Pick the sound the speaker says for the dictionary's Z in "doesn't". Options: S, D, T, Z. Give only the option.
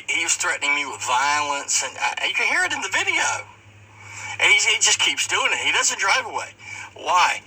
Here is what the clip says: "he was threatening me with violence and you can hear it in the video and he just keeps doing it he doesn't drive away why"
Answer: Z